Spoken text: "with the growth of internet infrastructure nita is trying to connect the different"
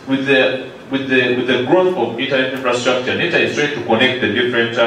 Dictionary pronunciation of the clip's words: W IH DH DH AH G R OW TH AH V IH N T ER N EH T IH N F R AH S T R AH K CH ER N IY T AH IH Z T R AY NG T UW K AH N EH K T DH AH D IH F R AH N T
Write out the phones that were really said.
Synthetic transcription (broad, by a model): W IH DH DH AH G R OW TH AH V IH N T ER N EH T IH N F R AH S T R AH K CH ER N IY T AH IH S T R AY T UW K AH N EH K T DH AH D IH F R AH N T